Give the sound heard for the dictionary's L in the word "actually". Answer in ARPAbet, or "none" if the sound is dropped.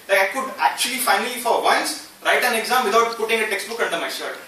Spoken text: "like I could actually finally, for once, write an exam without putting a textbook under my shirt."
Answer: L